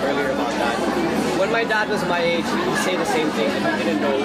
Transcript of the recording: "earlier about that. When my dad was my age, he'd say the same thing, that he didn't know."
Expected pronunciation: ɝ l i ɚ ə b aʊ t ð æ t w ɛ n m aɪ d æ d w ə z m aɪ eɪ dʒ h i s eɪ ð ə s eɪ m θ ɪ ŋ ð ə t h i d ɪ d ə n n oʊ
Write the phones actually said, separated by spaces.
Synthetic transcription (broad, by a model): ɝ l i ɚ ə b aʊ t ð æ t w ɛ n m aɪ d æ d w ə z m aɪ eɪ dʒ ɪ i s eɪ ð ə s eɪ m θ ɪ ŋ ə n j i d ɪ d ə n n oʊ